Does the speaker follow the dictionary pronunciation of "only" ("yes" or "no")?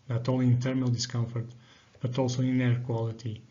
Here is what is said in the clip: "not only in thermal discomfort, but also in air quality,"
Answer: no